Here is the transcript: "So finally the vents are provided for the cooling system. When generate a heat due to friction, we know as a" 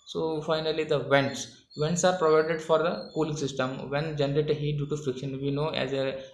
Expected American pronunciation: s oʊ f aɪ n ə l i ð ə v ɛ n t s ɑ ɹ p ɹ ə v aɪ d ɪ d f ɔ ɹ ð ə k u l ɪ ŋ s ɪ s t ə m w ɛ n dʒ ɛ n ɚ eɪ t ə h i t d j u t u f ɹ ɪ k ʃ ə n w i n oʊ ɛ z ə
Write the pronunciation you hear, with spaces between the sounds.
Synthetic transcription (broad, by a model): s oʊ f aɪ n ə l i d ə v ɛ n t s ɑ ɹ p ɹ ə v aɪ d ɪ d f ɔ ɹ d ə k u l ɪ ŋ s ɪ s t ə m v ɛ n dʒ ɛ n ɚ eɪ t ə h i t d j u t u f ɹ ɪ k ʃ ə n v i n oʊ ɛ z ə